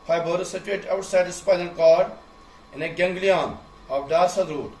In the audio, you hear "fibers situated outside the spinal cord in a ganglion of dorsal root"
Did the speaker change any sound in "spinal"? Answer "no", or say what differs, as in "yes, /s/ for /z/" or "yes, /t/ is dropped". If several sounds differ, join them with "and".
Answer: yes, /n/ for /l/